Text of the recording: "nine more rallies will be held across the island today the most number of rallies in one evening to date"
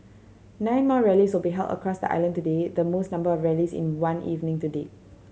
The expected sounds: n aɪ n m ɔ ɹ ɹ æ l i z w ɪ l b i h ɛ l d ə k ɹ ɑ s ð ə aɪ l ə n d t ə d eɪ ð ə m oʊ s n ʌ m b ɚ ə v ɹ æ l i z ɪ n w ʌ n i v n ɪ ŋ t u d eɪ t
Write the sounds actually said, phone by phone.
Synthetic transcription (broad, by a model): n aɪ n m ɔ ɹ ɹ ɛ l i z w ɪ l b i h ɛ l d ə k ɹ ɑ s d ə aɪ l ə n t ə d eɪ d ə m oʊ s n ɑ m b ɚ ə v ɹ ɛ l i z ɪ n w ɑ n i v n ɪ ŋ t u d eɪ